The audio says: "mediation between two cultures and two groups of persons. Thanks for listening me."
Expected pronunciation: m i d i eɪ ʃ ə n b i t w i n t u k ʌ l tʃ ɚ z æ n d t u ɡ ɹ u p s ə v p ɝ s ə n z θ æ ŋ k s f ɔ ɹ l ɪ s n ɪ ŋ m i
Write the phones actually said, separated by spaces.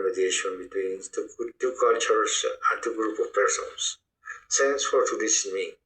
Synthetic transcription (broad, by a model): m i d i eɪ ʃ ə n b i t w i n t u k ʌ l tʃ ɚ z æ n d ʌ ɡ ɹ u p ə v p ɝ s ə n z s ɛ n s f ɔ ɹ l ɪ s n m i